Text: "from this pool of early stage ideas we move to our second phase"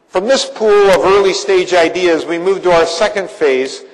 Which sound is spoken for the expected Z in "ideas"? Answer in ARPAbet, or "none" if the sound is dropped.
Z